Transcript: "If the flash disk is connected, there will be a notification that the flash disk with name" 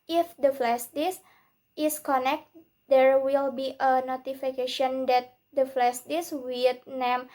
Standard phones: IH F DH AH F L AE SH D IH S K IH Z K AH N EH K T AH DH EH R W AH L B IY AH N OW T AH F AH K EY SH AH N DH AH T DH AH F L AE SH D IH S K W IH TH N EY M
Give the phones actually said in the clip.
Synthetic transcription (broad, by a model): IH F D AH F L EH S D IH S IH S K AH N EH K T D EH R W AH L B IY AH N OW T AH F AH K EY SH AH N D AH T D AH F L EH S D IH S W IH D N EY M